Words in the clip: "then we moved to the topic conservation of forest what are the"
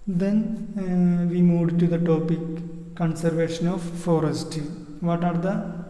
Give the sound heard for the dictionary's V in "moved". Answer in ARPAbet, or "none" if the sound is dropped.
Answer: none